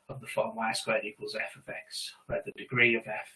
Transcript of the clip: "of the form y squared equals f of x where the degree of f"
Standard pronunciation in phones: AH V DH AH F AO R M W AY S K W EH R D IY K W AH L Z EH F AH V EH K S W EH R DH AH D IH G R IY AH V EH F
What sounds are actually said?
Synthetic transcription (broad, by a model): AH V DH AH F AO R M AY S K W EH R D IY K W AH L Z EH F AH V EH K S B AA DH AH D IH G R IY AH V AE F